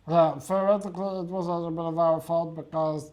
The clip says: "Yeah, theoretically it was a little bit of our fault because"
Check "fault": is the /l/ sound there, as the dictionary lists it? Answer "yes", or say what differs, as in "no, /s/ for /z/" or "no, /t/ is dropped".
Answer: yes